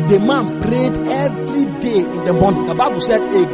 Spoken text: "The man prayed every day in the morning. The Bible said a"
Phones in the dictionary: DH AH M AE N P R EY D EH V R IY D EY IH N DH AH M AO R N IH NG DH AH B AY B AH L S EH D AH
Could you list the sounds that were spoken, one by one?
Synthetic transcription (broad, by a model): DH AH M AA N P R EY D EH V R IY D EY IH N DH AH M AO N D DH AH B AY B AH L S EH D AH